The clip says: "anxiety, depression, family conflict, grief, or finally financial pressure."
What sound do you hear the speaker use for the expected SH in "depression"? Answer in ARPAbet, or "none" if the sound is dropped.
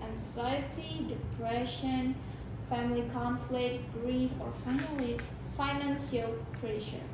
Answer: SH